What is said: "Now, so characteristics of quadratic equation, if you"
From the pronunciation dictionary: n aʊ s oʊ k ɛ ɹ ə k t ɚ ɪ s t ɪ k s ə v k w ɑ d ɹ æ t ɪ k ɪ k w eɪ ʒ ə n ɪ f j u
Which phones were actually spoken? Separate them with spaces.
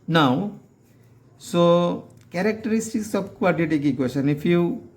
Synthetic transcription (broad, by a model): n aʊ s oʊ k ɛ ɹ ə k t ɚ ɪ s t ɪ k s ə b k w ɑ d i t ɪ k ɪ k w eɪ s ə n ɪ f j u